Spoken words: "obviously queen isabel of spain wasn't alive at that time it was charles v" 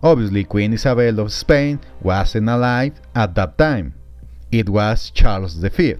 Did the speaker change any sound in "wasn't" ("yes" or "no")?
yes